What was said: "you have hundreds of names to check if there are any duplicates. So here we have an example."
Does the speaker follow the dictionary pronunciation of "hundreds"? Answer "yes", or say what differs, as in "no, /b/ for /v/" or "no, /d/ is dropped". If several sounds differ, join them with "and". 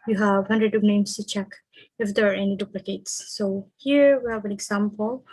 no, /z/ is dropped